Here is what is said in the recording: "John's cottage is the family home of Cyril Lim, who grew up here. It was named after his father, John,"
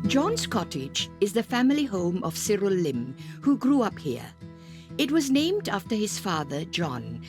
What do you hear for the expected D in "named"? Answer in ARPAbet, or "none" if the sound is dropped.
D